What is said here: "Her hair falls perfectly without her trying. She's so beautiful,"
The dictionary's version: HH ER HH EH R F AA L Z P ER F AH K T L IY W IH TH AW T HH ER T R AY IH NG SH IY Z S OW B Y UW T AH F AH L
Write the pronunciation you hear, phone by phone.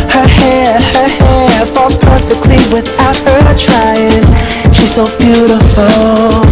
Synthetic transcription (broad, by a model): HH ER HH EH R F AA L P ER F AH K T L IY W IH TH AW T HH ER T R AY IH NG SH IY Z S OW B Y UW T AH F L